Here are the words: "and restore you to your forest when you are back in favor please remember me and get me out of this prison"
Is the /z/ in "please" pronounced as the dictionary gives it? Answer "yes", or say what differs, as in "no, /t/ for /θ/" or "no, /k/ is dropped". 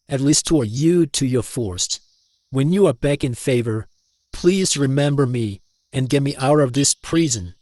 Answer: yes